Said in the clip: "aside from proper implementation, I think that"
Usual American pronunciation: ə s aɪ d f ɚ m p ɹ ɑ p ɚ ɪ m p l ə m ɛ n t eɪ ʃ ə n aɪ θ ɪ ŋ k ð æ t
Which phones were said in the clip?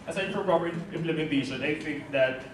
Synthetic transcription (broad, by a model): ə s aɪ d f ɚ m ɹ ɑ b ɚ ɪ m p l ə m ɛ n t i s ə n aɪ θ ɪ ŋ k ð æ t